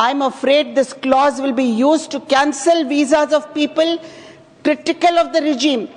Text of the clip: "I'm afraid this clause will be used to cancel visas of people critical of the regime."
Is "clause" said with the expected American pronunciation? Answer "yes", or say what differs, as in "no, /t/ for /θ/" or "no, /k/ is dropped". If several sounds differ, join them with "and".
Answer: yes